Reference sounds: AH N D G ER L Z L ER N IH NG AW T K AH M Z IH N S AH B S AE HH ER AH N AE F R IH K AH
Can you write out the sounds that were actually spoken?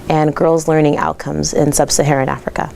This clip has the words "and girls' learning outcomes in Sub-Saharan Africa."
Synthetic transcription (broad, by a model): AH N G ER L Z L ER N IH NG AW T K AH M Z IH N S AH B S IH HH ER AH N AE F R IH K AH